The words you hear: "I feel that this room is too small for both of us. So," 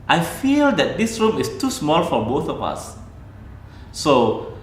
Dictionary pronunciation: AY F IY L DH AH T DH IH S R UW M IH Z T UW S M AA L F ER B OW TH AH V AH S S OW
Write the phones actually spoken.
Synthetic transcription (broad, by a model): AY F IY L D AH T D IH S R UW M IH S T UW S M AA L F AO B OW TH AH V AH S S OW